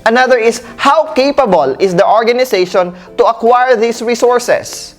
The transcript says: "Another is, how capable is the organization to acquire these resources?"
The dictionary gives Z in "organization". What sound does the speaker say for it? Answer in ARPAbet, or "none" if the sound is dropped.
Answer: S